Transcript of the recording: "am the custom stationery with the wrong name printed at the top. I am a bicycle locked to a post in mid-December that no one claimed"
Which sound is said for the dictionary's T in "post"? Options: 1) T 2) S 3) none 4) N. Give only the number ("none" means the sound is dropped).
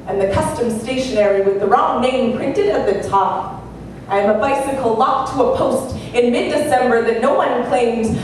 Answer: 1